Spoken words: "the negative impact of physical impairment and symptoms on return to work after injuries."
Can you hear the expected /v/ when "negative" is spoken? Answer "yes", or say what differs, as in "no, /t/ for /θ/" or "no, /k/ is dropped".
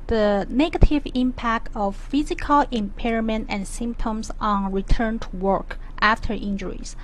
yes